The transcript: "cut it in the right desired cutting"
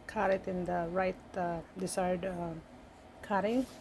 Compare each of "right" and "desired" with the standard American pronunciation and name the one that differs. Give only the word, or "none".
desired